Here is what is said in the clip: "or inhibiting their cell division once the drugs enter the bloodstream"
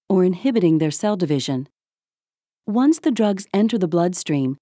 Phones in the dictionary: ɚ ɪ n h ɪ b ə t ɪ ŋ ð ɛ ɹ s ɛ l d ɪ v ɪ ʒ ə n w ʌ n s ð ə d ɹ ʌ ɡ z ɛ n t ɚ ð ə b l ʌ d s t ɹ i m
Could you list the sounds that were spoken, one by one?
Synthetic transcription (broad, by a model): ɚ ɪ n h ɪ b ə t ɪ ŋ ð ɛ ɹ s ɛ l d ɪ v ɪ ʒ ə n w ʌ n s ð ə d ɹ ʌ ɡ z ɛ n t ɚ ð ə b l ʌ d s t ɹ i m